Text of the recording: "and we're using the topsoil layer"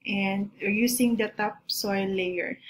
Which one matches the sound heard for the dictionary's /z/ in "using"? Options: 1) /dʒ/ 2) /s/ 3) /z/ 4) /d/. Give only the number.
2